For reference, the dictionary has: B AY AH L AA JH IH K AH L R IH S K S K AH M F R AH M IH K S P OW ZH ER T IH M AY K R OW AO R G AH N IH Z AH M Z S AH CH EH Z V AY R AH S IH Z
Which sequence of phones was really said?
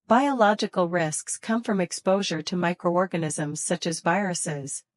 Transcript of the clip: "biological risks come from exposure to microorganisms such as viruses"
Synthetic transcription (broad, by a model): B AY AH L AA JH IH K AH L R IH S K S K AH M F R AH M IH K S P OW ZH ER T IH M AY K R OW AO R G AH N IH Z AH M Z S AH CH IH Z V AY R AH S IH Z